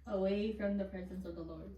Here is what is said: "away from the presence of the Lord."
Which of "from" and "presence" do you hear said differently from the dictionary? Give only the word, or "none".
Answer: none